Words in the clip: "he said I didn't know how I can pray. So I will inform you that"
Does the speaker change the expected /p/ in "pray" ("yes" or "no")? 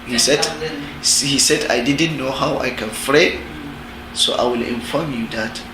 yes